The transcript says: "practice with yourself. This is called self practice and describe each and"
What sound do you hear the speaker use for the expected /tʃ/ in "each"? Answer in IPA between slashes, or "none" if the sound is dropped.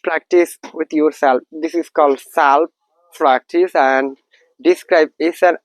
/s/